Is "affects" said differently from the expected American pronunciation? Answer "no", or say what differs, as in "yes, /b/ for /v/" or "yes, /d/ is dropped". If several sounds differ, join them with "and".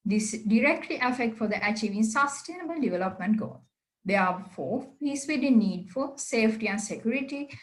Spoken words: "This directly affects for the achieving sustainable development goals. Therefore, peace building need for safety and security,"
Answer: yes, /s/ is dropped